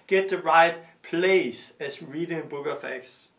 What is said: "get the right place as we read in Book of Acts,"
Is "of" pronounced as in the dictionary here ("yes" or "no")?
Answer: no